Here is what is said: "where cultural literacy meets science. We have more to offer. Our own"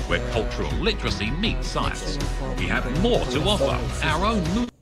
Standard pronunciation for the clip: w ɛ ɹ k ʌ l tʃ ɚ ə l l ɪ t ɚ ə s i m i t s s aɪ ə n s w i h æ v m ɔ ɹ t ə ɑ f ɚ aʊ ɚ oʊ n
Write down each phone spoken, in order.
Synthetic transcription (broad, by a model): w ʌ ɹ k ʌ l tʃ ɚ ə l l ɪ t ɚ ə s i m i t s s aɪ ə n s w i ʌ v m ɔ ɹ t ə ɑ f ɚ aʊ ɚ oʊ n